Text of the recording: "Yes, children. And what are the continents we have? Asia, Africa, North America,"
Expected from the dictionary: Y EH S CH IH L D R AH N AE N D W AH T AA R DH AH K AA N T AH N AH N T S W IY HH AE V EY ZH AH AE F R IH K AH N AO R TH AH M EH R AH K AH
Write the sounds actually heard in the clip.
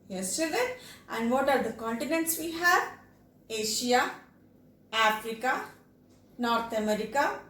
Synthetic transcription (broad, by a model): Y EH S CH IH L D AH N AE N D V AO T AA R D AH K AA N T AH N AH N T S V IY HH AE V EY SH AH AE F R IH K AH N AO R T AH M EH R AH K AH